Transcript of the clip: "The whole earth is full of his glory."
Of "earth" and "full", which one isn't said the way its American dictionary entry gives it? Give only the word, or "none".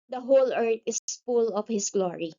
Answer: earth